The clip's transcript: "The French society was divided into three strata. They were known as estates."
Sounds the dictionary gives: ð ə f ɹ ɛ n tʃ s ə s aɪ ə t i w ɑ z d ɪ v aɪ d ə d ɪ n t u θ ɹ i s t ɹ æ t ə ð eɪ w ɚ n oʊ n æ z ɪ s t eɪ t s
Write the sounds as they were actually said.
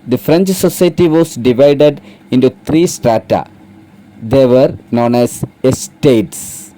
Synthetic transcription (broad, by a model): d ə f ɹ ɛ n tʃ s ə s aɪ t i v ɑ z d ɪ v aɪ d ə d ɪ n t u t ɹ i s t ɹ æ t ə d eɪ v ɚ n oʊ n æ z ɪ s t eɪ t s